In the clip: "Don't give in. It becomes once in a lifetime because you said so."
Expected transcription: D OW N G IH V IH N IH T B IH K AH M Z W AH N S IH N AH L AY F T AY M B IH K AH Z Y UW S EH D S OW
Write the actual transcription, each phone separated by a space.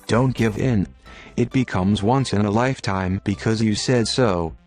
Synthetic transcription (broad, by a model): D OW N G IH V IH N IH T B IH K AH M Z W AH N S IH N AH L AY F T AY M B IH K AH Z Y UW S EH D S OW